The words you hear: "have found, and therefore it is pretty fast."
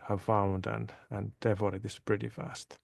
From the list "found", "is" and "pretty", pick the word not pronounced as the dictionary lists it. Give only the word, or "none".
is